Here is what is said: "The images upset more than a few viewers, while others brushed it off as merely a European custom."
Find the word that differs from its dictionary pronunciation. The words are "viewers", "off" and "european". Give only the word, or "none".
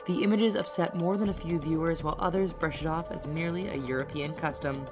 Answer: none